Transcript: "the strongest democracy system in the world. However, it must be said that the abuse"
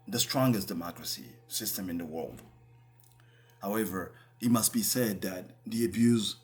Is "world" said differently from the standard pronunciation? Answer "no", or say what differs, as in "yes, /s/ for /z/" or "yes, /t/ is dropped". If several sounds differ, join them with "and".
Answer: no